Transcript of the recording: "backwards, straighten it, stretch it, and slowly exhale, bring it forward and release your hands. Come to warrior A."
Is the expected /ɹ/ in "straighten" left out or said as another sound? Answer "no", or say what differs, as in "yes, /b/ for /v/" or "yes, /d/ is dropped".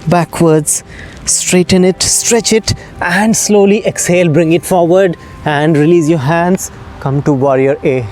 no